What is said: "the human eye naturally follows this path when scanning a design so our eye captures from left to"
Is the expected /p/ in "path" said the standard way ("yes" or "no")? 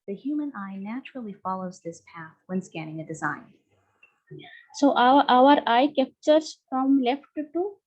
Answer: yes